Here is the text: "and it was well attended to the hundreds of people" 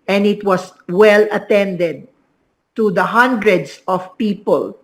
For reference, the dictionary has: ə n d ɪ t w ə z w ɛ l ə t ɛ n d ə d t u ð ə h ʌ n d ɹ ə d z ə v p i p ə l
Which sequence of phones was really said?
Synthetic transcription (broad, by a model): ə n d ɪ t w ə s w ɛ l ə t ɛ n d ə d t u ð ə h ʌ n d ɹ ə d s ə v p i p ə l